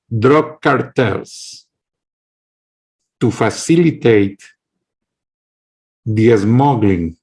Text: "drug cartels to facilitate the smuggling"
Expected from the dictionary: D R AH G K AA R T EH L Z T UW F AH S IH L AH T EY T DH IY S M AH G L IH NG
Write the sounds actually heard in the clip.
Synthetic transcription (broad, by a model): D R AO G K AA R T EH L S T UW F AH S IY L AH T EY T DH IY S M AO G L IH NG